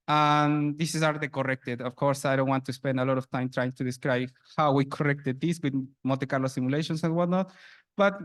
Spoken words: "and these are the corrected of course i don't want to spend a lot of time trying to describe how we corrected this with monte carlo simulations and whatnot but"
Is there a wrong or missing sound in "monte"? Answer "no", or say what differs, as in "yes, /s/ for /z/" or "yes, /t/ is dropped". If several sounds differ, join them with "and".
yes, /n/ is dropped